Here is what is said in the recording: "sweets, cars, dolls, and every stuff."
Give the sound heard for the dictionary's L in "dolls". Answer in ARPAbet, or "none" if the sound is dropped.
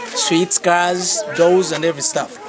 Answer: none